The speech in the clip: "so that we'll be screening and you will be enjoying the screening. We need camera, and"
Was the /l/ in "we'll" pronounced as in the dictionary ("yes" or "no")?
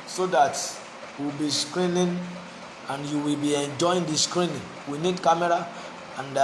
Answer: no